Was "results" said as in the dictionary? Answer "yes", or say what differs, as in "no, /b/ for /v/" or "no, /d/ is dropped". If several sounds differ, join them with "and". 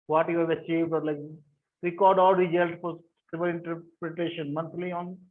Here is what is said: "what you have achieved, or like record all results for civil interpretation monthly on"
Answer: no, /s/ is dropped